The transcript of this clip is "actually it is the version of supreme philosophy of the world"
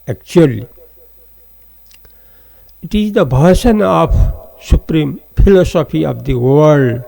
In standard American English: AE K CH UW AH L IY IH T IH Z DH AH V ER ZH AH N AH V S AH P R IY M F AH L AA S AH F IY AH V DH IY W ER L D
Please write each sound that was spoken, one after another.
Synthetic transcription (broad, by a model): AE K CH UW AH L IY IH T IH Z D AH B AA SH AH N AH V S AH P R IY M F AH L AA S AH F IY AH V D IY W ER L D